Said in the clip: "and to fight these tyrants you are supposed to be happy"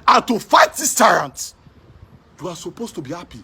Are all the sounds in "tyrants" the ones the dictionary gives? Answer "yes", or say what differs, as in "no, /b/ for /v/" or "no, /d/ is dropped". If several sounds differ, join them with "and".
no, /s/ is dropped